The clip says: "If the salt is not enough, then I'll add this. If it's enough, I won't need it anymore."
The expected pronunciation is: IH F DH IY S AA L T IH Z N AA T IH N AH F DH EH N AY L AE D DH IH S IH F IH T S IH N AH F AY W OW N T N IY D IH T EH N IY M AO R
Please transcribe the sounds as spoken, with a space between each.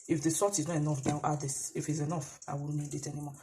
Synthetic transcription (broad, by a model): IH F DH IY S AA T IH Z N AA T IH N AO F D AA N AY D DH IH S IH F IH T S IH N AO F AY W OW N N IY D IH T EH N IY M AO